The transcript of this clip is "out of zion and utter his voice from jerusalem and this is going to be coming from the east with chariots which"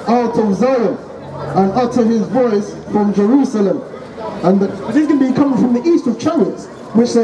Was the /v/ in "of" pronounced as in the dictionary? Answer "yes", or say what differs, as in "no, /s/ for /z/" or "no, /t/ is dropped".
yes